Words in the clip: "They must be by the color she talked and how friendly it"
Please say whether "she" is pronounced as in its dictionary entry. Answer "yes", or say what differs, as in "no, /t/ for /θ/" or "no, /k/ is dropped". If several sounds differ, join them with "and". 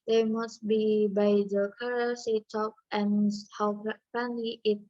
no, /s/ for /ʃ/